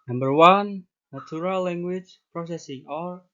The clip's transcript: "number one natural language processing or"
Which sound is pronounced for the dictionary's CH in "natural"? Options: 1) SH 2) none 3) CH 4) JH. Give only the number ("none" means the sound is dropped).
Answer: 2